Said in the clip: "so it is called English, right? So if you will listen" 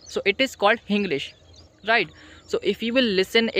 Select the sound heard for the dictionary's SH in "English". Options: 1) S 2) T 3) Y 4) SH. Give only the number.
4